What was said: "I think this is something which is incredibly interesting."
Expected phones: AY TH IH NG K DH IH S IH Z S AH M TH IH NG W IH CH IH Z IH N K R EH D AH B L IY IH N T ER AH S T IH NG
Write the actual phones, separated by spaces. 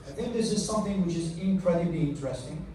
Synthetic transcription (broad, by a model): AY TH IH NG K DH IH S IH Z S AH M TH IH NG W IH CH IH Z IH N K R EH D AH B L IY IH N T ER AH S T IH NG